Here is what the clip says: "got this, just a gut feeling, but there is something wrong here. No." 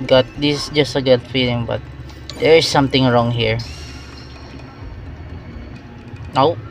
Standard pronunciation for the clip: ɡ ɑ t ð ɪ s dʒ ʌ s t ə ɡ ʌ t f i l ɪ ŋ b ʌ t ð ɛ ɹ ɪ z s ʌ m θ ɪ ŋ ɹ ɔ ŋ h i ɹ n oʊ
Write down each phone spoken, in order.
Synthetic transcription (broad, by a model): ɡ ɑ t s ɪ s dʒ ʌ s t ə ɡ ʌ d f i l ɪ ŋ b ʌ t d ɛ ɹ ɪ s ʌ m t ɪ ŋ ɹ ɔ ŋ h i ɹ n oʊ